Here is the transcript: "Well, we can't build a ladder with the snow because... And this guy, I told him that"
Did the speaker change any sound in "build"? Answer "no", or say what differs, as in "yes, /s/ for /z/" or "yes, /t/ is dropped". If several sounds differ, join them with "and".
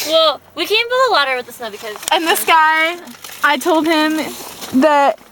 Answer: yes, /d/ is dropped